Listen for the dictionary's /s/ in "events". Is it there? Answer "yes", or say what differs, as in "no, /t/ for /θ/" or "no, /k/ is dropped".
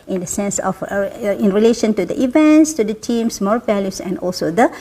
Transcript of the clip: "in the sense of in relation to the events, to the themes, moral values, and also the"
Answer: yes